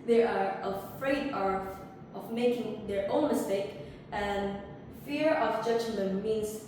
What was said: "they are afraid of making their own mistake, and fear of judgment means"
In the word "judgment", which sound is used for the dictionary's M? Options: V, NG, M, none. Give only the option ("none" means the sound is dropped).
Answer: none